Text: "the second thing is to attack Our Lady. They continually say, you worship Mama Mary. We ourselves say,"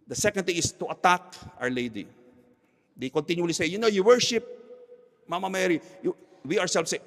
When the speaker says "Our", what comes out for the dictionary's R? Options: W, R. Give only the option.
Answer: W